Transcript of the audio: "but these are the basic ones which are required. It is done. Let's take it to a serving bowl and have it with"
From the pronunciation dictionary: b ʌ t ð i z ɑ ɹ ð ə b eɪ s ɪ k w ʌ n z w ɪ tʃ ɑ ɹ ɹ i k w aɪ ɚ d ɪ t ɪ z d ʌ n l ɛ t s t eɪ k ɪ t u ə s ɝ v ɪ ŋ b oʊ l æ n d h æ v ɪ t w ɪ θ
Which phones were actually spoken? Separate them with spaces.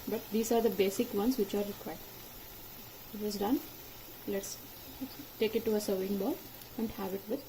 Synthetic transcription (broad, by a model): b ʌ t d i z ɑ ɹ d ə b eɪ s ɪ k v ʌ n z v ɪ tʃ ɑ ɹ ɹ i k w aɪ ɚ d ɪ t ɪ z d ʌ n l ɛ t s t eɪ k ɪ t u ə s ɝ ɪ ŋ b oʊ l æ n d h æ v ɪ t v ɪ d